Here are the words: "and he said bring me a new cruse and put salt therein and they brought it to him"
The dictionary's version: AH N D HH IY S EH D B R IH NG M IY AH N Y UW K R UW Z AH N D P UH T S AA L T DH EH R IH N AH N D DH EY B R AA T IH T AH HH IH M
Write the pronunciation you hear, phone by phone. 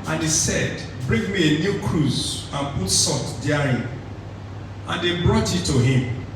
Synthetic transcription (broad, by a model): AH N HH IY S EH D B R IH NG M IY AH N Y UW K R UW Z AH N P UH T S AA T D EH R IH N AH N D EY B R AA T IH T AH HH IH M